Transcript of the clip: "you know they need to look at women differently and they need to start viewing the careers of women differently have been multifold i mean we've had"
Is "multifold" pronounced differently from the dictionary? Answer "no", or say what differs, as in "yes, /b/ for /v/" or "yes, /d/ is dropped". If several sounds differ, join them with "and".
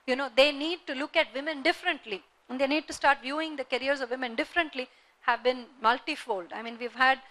no